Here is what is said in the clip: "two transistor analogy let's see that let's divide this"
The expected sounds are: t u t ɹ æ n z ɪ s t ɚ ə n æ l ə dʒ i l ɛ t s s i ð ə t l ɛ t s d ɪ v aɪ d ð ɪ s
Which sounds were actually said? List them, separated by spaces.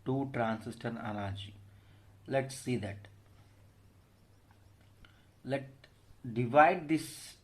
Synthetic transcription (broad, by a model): t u t ɹ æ n s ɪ s t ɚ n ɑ n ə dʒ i l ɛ t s s i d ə t l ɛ t d ɪ v aɪ d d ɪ s